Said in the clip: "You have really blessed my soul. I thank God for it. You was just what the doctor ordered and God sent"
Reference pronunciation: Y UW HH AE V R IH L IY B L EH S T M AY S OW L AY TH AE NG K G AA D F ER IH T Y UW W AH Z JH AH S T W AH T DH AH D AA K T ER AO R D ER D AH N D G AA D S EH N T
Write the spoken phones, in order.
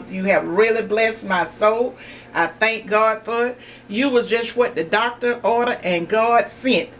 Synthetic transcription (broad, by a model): Y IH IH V R IH L IY B L EH S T M AY S OW L AY TH AE NG K G AA D F ER IH T Y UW W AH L JH AH S T W AH T DH AH D AA K T ER AO R D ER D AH N G AA D S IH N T